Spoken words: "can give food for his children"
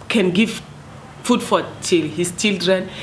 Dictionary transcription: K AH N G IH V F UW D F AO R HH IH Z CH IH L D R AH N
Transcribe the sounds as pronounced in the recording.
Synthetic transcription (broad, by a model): K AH N G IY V F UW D F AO L HH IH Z CH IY L D R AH N